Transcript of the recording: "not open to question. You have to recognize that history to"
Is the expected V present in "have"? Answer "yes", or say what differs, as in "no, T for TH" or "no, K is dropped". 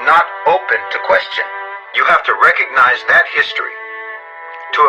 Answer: no, F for V